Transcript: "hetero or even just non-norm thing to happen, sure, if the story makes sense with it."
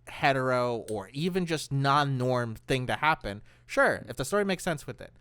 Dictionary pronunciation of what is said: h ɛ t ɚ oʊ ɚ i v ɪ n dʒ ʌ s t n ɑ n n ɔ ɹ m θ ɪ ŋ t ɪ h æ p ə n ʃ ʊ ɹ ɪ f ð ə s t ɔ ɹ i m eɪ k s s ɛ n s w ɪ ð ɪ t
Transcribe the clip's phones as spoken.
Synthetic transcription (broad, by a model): h ɛ t ɚ oʊ ɚ i v ɪ n dʒ ʌ s t n ɑ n n ɔ ɹ m θ ɪ ŋ t ɪ h æ p ə n ʃ ʊ ɹ ɪ f ð ə s t ɔ ɹ i m eɪ k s s ɛ n s w ɪ ð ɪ t